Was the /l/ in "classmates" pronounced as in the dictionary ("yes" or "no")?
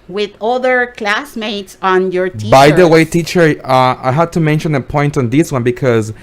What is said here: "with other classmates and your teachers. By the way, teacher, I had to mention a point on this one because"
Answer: yes